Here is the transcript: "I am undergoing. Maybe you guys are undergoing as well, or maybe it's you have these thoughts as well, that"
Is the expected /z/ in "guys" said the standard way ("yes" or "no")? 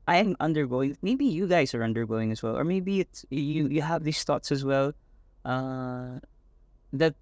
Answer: yes